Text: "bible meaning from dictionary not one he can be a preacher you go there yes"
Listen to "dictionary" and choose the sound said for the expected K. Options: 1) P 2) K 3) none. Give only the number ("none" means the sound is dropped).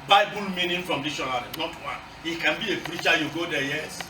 3